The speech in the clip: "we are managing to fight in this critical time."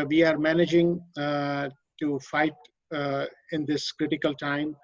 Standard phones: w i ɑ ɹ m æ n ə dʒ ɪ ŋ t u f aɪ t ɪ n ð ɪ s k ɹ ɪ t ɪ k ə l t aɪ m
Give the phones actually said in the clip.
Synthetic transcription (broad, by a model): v i ɑ ɹ m æ n ə dʒ ɪ ŋ t u f aɪ t ɪ n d ɪ s k ɹ ɪ t ɪ k ə l t aɪ m